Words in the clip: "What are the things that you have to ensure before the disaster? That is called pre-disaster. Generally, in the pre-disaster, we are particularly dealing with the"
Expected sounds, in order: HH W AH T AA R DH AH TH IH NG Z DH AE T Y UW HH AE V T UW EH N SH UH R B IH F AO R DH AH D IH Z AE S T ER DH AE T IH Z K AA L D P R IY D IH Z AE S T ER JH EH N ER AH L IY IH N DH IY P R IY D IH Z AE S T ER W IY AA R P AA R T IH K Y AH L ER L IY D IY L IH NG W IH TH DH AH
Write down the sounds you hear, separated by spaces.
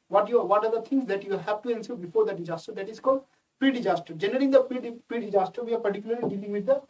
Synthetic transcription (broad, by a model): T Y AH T AA R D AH T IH NG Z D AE T Y UW HH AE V T UW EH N S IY B IH F AO R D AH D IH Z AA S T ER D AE T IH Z K AA L D P R IY D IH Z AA S T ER JH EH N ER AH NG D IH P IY P R IY D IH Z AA S T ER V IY AA R P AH R T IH K Y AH L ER L IY D IY L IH NG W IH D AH